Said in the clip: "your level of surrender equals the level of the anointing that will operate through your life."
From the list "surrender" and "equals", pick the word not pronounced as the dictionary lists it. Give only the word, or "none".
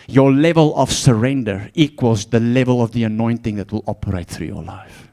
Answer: none